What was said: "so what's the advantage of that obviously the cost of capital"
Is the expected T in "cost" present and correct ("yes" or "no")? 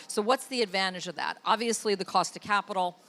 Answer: yes